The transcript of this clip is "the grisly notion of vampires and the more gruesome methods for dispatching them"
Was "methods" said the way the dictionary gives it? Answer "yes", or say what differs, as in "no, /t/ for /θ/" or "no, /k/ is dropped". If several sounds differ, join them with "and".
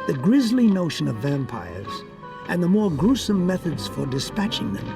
yes